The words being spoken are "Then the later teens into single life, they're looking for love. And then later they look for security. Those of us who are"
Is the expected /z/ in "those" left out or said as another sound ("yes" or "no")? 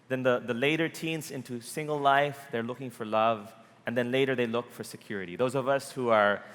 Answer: no